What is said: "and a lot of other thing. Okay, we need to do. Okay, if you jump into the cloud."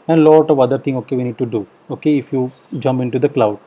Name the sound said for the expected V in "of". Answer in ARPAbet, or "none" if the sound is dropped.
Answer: V